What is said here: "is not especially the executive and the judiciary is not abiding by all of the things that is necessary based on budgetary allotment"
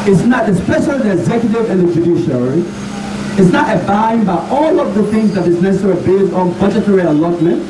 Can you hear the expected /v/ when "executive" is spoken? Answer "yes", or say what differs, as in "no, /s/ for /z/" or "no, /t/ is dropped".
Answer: yes